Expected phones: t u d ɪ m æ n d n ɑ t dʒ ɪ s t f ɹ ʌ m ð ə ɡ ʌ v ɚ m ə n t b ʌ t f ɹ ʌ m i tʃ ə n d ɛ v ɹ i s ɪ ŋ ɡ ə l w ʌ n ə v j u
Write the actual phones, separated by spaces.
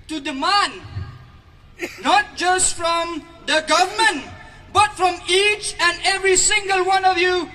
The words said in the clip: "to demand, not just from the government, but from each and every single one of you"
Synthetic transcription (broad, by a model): t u d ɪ m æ n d n ɑ t dʒ ɪ s t f ɹ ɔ m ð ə ɡ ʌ v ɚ m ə n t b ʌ t f ɹ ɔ m i tʃ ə n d ɛ v ɹ i s ɪ ŋ ɡ ə l w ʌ n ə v j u